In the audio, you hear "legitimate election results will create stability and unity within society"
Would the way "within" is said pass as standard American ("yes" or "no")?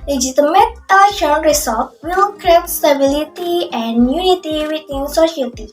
no